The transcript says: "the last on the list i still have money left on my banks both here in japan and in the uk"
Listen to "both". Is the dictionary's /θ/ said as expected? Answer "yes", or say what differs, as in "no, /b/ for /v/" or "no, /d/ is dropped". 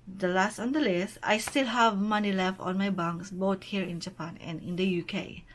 no, /t/ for /θ/